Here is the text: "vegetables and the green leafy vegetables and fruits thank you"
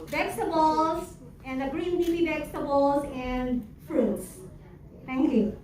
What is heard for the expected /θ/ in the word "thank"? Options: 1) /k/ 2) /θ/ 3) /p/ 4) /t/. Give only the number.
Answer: 4